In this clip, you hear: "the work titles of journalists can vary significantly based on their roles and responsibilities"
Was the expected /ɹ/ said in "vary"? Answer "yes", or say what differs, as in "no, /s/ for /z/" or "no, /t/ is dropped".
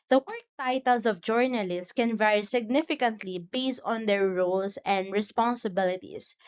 yes